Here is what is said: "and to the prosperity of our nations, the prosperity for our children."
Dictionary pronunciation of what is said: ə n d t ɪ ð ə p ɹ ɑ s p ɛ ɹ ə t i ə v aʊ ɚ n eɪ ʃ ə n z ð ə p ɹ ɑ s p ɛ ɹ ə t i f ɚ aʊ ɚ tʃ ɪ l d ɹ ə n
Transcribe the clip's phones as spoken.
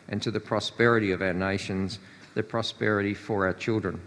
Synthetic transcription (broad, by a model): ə n t ɪ ð ə p ɹ ɑ s p ɛ ɹ ə t i ə v aʊ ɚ n eɪ ʃ ə n z ð ə p ɹ ɑ s p ɛ ɹ ə t i f ɚ aʊ ɚ tʃ ɪ l d ɹ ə n